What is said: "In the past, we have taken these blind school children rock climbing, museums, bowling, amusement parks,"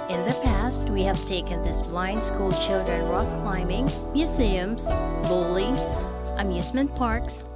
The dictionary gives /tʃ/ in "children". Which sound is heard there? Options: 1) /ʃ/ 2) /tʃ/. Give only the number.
1